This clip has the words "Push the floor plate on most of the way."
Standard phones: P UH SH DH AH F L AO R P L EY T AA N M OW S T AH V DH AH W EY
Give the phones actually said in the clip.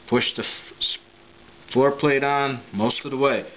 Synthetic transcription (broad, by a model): P UH SH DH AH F AO R P L EY T N M OW S T AH V DH AH W EY